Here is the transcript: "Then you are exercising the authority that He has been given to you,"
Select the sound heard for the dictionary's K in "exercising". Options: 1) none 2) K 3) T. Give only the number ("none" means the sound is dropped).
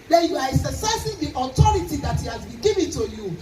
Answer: 1